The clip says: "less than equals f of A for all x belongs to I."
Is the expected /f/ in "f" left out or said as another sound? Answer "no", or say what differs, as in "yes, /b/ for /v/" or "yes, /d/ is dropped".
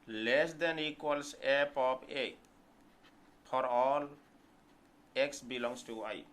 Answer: yes, /p/ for /f/